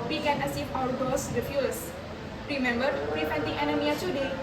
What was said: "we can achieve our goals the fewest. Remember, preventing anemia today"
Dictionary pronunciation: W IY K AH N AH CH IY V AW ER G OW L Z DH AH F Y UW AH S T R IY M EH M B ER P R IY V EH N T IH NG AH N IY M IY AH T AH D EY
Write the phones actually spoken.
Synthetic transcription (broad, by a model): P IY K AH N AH S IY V AW ER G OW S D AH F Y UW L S R IY M EH M B ER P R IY F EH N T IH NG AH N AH M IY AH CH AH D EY